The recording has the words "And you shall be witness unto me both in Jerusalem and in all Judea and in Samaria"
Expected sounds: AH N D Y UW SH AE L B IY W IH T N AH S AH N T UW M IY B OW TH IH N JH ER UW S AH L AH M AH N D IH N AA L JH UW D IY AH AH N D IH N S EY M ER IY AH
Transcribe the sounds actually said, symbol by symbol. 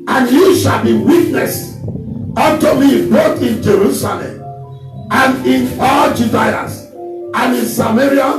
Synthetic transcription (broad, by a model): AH N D Y UW SH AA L B IY W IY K N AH S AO T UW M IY B OW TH IH N JH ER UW S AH L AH M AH N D IH N AA L JH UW D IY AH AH N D IH N S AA M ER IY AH